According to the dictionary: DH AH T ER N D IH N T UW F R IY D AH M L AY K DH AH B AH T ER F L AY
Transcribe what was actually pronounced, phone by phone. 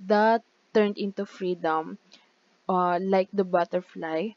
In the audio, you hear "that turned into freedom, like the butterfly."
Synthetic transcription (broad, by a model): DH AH T ER N D IH N T UW F R IY D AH M L AY K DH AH B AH T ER F L AY